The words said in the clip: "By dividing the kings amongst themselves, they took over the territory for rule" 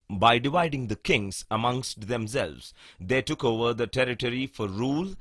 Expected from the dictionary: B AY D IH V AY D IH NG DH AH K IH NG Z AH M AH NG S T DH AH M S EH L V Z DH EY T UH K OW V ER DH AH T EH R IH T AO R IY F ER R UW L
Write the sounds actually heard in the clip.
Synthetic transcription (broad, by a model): B AY D IH V AY D IH NG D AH K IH NG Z AH M AH NG S T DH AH M S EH L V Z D EY T UH K OW V ER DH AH T EH R IH T AO R IY F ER R UW L